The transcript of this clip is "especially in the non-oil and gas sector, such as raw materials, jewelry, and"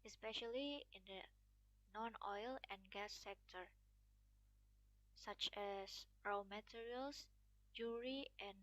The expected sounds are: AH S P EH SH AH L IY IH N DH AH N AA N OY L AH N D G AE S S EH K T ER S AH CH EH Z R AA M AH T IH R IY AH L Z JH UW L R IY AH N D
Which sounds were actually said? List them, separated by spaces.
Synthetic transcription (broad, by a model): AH S P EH SH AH L IY IH N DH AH N AA N OY L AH N G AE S S EH K T ER S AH CH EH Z R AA M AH T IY R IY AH L S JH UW R IY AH N